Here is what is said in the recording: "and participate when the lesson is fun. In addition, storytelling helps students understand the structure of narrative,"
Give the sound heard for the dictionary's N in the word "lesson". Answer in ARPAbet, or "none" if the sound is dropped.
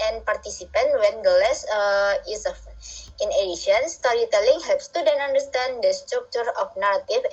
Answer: none